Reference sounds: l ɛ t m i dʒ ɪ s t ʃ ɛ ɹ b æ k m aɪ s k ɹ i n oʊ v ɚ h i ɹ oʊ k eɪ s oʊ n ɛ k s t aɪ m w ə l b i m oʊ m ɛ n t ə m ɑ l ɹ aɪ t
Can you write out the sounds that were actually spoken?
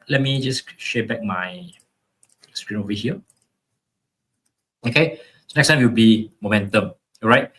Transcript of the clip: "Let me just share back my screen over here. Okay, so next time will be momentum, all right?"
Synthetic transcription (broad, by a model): l ɛ t m i dʒ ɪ s ʃ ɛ b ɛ k m aɪ s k ɹ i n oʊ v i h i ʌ oʊ k eɪ s oʊ n ɛ k s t aɪ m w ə w b i m oʊ m ɛ n t ə m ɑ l ɹ aɪ t